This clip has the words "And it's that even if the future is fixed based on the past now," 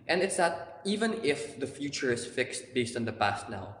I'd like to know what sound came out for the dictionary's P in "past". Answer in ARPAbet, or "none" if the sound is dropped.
P